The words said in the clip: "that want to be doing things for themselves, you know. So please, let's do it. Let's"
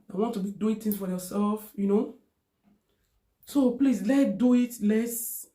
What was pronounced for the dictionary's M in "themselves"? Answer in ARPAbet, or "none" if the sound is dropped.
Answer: none